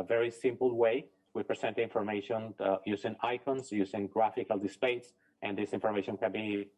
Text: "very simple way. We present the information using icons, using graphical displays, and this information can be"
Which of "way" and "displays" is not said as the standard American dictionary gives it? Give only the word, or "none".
displays